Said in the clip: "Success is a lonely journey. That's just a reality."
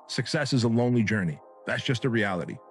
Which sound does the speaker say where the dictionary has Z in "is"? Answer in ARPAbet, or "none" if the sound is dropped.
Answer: Z